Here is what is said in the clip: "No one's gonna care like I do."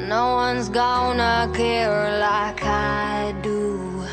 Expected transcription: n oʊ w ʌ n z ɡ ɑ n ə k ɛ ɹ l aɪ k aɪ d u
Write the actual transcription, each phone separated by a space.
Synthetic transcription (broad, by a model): n oʊ w ʌ n z ɡ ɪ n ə k ɛ ɹ l aɪ k aɪ d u